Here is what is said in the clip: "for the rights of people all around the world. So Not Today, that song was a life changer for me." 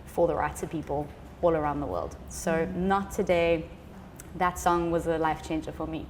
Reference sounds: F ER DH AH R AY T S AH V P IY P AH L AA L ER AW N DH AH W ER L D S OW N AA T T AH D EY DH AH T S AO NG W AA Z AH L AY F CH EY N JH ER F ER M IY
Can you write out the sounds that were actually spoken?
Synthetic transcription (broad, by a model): F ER DH AH R AY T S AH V P IY P AH L AA L ER AW N DH AH W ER L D S OW N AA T T AH D EY DH AH T S AO NG W AA Z AH L AY F CH EY N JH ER F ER M IY